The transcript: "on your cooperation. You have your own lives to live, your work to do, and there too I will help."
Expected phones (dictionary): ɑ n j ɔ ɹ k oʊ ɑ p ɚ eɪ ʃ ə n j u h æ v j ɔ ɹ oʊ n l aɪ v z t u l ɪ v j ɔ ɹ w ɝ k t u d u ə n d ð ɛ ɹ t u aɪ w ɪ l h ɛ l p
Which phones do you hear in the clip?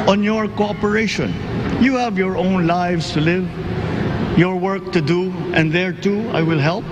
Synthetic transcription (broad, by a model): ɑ n j ɔ ɹ k oʊ ɑ p ɚ eɪ ʃ ə n j u h æ v j ɔ ɹ oʊ n l aɪ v s t u l ɪ v j ɔ ɹ w ɝ k t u d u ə n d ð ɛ ɹ t u aɪ w ɪ l h ɛ l p